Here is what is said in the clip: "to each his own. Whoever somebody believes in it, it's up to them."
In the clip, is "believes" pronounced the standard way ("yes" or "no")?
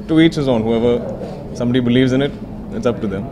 yes